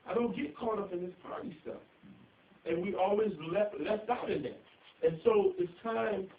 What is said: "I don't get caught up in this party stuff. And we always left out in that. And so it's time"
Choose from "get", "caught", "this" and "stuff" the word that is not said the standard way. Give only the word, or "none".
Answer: stuff